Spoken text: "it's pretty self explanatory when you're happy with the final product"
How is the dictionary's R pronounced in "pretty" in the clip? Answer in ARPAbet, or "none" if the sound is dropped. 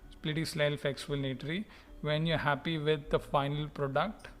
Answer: L